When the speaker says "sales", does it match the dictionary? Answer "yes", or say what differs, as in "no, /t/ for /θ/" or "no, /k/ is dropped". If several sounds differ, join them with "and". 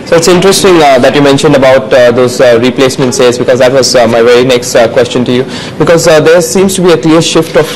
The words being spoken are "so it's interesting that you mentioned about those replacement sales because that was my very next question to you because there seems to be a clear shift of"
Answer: no, /l/ is dropped